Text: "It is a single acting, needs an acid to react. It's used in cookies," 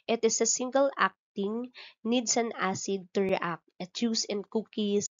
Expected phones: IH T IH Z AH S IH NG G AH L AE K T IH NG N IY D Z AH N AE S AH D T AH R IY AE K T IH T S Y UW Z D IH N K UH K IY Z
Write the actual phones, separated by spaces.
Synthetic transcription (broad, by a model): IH T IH S AH S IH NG G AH L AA K T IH NG N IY D S AH N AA S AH D T AH R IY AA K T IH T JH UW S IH N K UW K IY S